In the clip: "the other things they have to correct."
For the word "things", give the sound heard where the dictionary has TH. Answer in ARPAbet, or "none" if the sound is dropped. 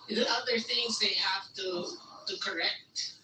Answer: TH